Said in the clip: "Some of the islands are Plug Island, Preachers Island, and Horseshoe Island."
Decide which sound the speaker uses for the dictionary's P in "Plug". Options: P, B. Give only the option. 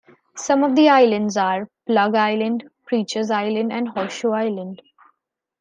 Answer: P